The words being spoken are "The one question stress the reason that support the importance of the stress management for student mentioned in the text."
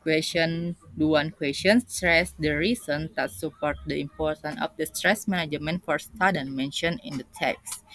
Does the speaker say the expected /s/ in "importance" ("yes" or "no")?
no